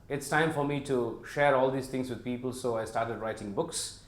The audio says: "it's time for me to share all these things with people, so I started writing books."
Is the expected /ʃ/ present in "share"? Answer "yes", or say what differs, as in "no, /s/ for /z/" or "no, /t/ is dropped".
yes